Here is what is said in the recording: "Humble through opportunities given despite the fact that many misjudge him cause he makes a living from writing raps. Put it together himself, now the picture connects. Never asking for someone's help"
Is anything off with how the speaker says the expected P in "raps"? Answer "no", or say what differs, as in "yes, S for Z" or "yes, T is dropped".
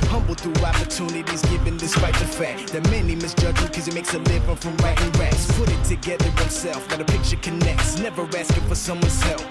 yes, P is dropped